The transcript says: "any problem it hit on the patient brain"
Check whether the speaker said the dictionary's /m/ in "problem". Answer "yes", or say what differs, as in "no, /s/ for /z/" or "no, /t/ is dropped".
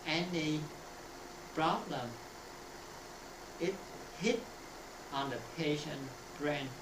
yes